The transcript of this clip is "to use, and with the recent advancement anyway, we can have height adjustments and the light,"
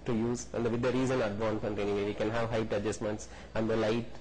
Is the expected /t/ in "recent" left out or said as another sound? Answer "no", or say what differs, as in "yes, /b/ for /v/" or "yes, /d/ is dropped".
yes, /t/ is dropped